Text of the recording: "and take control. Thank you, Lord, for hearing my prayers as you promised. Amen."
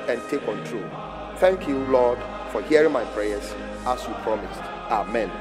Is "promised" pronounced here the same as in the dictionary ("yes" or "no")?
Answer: yes